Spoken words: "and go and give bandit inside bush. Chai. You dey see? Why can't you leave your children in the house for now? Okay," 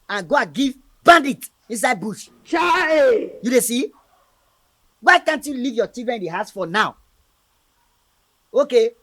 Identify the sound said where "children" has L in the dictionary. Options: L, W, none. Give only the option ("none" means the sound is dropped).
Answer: none